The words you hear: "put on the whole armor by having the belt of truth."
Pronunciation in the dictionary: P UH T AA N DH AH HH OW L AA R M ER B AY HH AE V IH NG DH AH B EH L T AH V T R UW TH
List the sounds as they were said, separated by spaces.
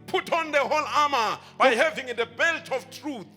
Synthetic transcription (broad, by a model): P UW T AA N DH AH HH OW L AA M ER B AY HH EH V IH NG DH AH B EH L T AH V T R UW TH